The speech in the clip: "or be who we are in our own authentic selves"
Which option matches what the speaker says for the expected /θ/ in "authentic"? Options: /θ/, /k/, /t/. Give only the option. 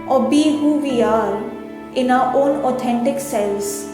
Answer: /t/